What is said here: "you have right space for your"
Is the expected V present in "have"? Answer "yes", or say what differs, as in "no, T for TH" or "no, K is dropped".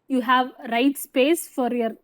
yes